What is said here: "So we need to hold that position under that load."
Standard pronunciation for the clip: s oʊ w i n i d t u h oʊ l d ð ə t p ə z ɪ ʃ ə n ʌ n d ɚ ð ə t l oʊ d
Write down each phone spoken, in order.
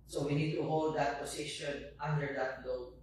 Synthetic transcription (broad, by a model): s oʊ w i n i d t u h oʊ l d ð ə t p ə s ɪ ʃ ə n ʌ n d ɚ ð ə t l oʊ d